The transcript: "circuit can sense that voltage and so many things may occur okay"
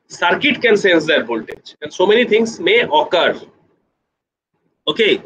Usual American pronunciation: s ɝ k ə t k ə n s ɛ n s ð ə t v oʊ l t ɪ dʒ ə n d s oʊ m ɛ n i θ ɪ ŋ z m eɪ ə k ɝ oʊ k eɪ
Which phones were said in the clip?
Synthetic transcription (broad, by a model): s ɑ k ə t k ə n s ɛ n s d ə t b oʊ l t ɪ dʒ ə n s oʊ m ɛ n i t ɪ ŋ s m eɪ ə k ɝ oʊ k eɪ